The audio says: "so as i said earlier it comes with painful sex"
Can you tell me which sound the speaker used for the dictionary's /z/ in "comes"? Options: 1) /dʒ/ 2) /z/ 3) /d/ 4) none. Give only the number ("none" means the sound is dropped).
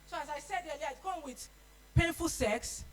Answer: 4